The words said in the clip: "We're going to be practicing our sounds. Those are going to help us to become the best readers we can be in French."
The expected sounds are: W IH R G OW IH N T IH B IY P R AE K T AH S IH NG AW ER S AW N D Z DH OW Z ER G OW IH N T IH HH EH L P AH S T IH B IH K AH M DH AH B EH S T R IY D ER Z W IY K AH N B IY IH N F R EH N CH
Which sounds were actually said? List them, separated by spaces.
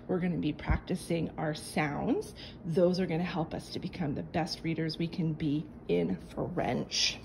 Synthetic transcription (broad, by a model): W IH R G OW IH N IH B IY P R AE K T AH S IH NG AW ER S AW N D Z DH OW Z ER G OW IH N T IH HH EH L P AH S T IH B IH K AH M DH AH B EH S T R IY D ER Z W IY K AH N B IY IH N F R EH N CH